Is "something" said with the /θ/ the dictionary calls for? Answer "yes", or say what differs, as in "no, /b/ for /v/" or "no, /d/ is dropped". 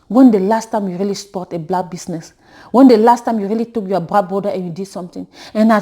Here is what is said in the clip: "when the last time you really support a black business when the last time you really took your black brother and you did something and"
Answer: no, /t/ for /θ/